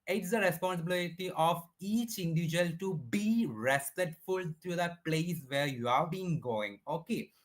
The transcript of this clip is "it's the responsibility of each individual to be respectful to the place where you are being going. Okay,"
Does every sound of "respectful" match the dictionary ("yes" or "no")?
no